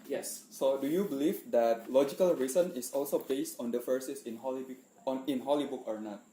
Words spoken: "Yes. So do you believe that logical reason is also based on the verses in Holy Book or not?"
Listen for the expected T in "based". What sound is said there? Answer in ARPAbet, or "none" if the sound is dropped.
T